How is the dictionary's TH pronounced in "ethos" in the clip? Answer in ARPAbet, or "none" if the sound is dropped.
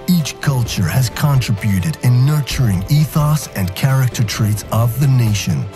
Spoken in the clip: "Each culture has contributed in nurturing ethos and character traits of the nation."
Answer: TH